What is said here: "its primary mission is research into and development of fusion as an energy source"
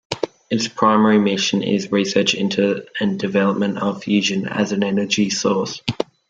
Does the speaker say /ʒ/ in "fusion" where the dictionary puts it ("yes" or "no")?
yes